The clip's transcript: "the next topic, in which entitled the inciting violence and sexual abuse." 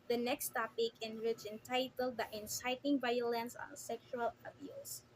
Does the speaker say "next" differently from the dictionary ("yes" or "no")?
no